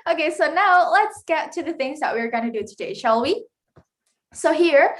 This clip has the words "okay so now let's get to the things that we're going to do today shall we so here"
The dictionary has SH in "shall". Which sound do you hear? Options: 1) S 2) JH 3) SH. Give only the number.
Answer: 3